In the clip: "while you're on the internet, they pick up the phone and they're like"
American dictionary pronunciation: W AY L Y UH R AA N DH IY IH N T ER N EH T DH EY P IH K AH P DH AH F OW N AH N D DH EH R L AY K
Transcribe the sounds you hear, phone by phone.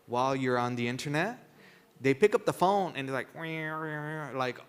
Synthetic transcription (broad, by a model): W AY L Y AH R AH N DH IY IH N T ER N EH T DH EY P IH K AH P DH AH F OW N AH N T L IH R L AY K